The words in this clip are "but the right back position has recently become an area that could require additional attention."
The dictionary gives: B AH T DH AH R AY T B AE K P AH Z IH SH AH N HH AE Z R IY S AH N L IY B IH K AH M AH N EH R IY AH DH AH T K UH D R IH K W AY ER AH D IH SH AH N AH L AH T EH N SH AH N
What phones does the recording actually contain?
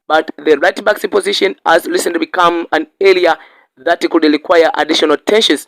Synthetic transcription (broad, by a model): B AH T DH AH R AY T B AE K P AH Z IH SH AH N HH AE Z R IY S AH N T B IH K AH M AH N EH L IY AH DH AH T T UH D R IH K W AY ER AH D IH SH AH N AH L T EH N SH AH N